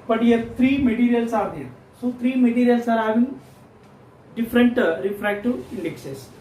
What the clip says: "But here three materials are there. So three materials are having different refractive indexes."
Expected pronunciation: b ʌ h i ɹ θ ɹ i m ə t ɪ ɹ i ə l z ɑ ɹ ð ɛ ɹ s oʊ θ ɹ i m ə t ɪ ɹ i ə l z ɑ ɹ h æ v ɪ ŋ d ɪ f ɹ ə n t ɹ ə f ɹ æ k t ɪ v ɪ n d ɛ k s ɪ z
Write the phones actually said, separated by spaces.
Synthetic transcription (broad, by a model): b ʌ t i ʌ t ɹ i m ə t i ɹ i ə l s ɑ ɹ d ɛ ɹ s oʊ t ɹ i m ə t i ɹ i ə l s ɑ ɹ h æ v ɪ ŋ d ɪ f ɹ ə n t ɹ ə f ɹ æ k t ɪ ɪ n d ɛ k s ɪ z